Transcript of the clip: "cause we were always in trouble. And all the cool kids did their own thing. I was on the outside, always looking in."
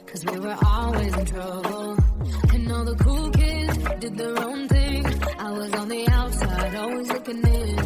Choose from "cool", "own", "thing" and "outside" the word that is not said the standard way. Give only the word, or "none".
none